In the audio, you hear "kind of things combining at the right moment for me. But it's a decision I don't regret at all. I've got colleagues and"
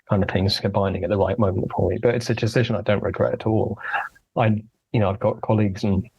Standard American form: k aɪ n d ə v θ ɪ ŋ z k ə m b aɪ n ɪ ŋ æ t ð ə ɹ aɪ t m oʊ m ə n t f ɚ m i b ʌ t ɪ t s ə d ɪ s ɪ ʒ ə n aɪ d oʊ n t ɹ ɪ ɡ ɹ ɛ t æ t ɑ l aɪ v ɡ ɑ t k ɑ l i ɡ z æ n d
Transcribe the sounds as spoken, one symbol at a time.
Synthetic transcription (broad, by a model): k aɪ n d ə v θ ɪ ŋ z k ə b aɪ n ɪ ŋ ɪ t ð ə ɹ aɪ t m oʊ m ə n t f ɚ m i b ʌ t ɪ t s ə d ɪ s ɪ ʒ ə n aɪ d oʊ n t ɹ ɪ ɡ ɹ ɛ t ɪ t ɑ l aɪ v ɡ ɑ t k ɑ l i ɡ z n